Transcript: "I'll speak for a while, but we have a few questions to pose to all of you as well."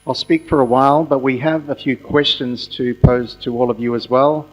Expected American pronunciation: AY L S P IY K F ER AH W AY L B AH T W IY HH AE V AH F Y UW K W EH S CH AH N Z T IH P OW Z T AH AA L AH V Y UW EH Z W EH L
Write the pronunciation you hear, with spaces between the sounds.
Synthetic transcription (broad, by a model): AY L S P IY K F ER AH W AY L B AH T W IY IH V AH F Y UW K W EH S CH AH N Z T IH P OW Z T AH AA L AH V Y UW Z W EH L